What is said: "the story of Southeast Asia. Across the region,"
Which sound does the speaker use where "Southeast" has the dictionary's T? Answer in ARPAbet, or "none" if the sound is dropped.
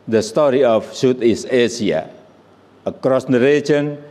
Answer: none